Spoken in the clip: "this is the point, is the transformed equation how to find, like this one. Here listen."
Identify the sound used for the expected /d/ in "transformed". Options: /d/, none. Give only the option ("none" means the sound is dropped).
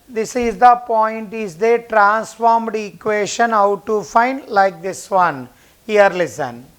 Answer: /d/